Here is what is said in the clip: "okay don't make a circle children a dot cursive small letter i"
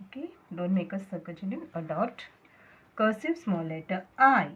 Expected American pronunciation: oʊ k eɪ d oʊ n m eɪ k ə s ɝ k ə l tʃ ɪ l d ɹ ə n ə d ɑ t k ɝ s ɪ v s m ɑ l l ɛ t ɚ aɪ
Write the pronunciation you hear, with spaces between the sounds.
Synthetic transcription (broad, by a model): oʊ k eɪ d oʊ n m eɪ k ə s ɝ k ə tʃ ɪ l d ə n ə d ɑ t k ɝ s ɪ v s m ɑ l l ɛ t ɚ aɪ